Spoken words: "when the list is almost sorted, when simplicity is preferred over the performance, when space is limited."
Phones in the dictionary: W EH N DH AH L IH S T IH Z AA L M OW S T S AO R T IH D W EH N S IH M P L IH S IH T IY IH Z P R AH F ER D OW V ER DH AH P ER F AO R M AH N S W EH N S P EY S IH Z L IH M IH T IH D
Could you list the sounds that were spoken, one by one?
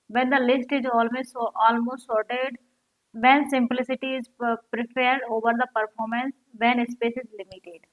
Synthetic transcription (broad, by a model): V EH N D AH L IH S T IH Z AA L M OW S T S AO R T IH D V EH N S IH M P L IH S IH T IY IH Z P R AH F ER D OW V ER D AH P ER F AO R M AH N S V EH N S P EY S IH Z L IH M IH T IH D